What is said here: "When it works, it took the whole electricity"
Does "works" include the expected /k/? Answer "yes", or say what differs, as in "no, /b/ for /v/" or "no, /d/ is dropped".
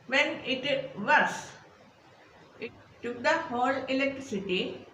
no, /k/ is dropped